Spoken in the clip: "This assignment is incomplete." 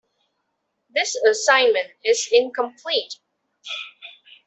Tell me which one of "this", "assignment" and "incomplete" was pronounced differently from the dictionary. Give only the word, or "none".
none